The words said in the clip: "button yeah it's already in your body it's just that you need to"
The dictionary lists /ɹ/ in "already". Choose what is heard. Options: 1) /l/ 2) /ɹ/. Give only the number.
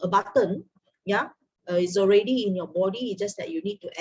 2